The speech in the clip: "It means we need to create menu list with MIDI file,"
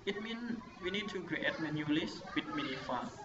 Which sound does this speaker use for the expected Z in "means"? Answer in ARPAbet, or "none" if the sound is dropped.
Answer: none